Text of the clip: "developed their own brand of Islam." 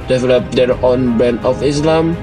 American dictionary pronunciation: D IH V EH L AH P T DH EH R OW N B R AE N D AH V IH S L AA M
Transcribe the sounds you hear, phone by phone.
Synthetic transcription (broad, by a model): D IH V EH L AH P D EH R OW N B EH N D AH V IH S L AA M